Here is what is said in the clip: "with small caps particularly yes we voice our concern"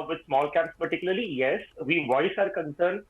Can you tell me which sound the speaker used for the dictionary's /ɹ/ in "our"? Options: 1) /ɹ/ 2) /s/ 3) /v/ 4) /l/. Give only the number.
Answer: 1